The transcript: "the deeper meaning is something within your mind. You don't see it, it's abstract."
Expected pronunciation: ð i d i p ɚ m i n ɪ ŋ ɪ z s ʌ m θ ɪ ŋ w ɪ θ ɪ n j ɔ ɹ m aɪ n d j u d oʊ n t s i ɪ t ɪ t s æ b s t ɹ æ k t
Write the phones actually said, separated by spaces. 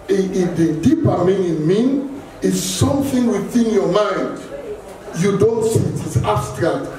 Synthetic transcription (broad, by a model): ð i d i p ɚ m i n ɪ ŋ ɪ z s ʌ m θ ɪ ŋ w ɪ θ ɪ n j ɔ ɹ m aɪ n d j u d oʊ n t s i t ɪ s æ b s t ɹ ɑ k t